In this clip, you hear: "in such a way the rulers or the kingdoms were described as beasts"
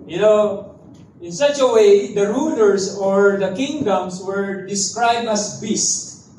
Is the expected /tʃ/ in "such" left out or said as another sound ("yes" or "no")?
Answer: no